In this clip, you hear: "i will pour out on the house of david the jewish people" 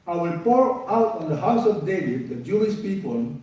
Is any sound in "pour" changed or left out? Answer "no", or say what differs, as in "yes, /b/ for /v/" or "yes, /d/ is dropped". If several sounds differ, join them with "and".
no